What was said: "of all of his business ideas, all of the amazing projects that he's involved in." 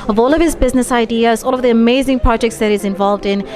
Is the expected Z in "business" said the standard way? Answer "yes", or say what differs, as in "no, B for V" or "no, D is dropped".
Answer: yes